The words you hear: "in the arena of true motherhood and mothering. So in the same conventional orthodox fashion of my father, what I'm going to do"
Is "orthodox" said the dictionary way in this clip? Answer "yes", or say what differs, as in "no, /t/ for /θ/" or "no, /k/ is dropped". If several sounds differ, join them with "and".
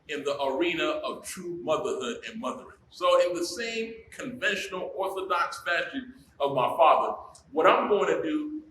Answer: yes